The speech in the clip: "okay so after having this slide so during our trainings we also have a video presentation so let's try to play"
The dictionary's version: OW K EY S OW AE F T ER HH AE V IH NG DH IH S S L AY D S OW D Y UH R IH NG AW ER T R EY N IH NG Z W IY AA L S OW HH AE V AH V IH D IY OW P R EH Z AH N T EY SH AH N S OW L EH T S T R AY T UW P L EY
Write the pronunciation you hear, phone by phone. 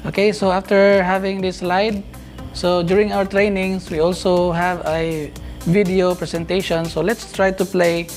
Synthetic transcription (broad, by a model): OW K EY S OW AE F T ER HH AE V IH NG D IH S S L AY D S OW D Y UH R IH NG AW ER T R EY N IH NG S W IY AA L S OW HH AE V AH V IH D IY OW P R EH S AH N T EY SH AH N S OW L EH T S T R AY T UW P L EY